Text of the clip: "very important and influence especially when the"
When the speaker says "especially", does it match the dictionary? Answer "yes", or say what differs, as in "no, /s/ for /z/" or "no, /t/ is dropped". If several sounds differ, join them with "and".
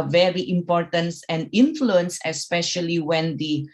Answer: yes